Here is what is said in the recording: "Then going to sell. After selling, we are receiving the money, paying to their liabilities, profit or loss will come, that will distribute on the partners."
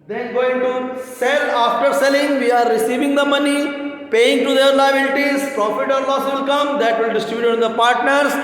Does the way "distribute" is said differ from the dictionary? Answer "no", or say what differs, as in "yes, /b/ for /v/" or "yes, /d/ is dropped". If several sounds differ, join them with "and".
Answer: yes, /ɹ/ is dropped